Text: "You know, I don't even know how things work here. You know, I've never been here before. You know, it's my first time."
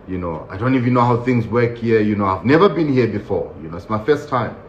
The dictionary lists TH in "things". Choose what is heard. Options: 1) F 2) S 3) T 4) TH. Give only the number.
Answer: 4